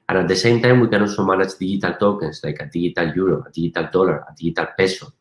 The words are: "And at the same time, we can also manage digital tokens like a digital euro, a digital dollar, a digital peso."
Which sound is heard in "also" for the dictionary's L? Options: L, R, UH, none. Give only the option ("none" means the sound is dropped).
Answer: none